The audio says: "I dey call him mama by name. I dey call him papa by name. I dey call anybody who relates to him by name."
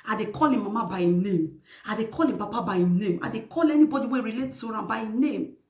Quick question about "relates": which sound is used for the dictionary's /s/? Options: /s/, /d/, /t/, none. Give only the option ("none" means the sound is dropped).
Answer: none